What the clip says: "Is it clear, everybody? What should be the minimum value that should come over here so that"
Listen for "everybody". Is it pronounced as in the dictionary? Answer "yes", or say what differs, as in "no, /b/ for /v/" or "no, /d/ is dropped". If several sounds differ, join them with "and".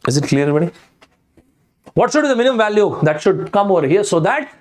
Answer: no, /v/ is dropped